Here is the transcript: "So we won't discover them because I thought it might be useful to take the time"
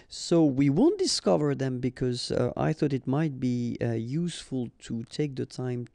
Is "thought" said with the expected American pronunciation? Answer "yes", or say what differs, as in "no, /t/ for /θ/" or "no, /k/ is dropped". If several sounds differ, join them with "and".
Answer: yes